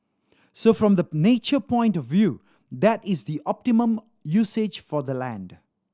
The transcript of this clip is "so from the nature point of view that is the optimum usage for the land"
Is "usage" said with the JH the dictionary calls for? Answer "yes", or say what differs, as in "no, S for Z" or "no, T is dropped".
yes